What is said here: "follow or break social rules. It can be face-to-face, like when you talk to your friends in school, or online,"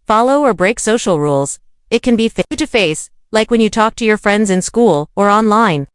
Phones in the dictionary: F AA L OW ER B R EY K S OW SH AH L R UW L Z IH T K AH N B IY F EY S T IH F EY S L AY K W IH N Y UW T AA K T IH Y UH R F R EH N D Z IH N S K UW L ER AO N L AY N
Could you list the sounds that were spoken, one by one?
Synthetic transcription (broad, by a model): F AA L OW ER B R EY K S OW SH L R UW L Z IH T K AH N B IY F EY T IH F EY S L AY K W IH N Y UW T AA K T IH Y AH R F R EH N D Z IH N S K UW L ER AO N L AY N